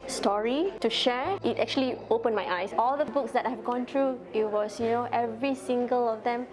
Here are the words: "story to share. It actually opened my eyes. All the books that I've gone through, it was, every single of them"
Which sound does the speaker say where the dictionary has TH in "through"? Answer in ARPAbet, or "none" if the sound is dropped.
T